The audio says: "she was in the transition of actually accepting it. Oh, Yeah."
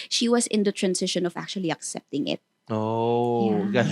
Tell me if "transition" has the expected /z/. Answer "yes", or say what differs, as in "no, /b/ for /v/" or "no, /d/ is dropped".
no, /s/ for /z/